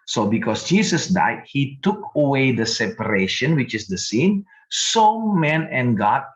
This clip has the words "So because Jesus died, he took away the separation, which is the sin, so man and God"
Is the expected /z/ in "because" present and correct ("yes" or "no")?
no